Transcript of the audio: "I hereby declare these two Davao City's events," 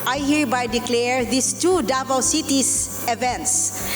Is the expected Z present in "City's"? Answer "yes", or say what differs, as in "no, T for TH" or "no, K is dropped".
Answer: no, S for Z